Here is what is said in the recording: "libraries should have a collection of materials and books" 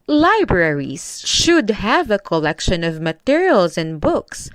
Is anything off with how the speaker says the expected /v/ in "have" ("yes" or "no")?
no